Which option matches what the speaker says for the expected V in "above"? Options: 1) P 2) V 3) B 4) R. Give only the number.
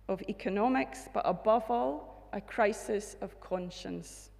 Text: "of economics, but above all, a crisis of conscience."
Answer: 2